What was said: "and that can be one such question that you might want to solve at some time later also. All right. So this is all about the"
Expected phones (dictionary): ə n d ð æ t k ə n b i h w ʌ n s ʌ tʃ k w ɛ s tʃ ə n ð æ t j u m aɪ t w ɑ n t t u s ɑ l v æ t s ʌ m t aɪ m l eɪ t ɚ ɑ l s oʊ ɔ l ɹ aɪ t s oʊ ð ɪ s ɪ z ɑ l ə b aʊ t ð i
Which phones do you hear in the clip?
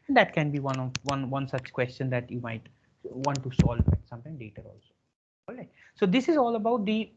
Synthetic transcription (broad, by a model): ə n d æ t k ə n b i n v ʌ n s ʌ tʃ k w ɛ s tʃ ə n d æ t j u m aɪ t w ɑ n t t u s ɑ l æ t s ʌ m t aɪ m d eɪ t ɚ ɑ l s oʊ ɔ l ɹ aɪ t s oʊ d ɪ s ɪ z ɑ l ə b aʊ t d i